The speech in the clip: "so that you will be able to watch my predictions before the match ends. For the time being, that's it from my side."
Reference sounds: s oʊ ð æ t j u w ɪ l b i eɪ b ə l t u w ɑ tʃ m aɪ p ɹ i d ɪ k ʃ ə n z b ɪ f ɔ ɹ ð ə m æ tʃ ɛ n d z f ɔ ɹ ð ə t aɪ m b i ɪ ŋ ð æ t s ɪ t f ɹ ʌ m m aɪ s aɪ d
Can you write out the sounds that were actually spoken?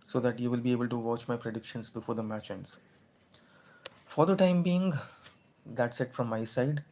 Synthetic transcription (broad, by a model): s oʊ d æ t j u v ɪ l b i eɪ b ə l t u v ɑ tʃ m aɪ p ɹ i d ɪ k ʃ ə n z b ɪ f ɔ ɹ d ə m æ tʃ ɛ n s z f ɔ ɹ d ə t aɪ m b i ɪ ŋ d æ t s ɪ t f ɹ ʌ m m aɪ s aɪ d